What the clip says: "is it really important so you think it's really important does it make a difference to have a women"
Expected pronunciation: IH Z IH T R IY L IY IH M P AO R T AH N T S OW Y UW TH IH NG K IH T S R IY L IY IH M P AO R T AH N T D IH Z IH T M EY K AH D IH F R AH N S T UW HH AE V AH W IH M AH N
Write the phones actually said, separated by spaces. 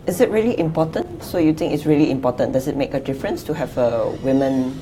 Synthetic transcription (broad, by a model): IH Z IH T R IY L IY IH M P AO T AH N T S OW Y UW T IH NG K IH T S R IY L IY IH M P AO T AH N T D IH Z IH T M EY K AH D IH F R AH N S T UW HH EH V AH W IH M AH N